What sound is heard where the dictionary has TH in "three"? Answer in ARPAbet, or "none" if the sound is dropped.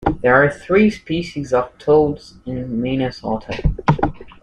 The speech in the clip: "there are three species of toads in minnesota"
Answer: TH